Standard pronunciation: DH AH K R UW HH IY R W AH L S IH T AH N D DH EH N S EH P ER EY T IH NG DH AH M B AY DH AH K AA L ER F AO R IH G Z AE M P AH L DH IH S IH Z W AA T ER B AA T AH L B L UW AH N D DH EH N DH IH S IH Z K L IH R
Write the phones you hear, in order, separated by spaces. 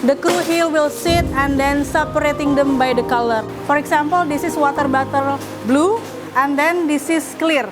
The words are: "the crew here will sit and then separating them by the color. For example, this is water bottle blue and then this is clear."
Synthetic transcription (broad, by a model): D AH K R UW HH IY L W AH L S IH T AH N D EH N S EH P ER EY T IH NG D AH M B AY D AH K AA L ER F AO R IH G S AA M P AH L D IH S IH S W AA T ER B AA T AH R B L UW AH N D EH N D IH S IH S K L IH R